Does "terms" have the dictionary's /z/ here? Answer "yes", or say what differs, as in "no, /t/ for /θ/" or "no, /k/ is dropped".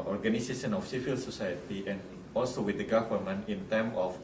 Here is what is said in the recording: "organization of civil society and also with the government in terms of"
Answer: no, /z/ is dropped